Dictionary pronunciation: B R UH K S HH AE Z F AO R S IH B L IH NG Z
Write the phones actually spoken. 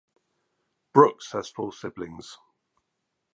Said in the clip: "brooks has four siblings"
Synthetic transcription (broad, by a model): B R UH K S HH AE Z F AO L S IH B L IH NG Z